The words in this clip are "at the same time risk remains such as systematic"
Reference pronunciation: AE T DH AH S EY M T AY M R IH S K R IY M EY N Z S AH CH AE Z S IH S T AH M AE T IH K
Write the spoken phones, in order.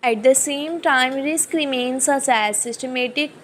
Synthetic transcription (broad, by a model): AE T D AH S EY M T AY M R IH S K R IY M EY N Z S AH S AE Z S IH S T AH M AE T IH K